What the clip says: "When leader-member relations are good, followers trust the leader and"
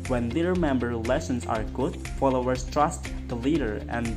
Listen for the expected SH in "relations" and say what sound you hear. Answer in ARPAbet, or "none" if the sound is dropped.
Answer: S